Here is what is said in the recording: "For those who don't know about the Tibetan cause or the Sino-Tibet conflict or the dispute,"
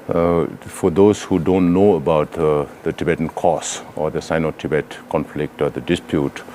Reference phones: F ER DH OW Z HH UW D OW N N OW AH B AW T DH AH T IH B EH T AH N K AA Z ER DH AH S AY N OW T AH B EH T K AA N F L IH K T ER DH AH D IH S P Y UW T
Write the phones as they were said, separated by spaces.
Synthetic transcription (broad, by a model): F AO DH OW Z HH UW D OW N N OW AH B AW T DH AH T IH B EH T AH N K AA S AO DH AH S AY N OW T AH B EH T K AA N F L IH K T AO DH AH D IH S P Y UW T